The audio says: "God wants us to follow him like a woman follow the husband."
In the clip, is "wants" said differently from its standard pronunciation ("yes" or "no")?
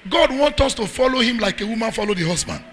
yes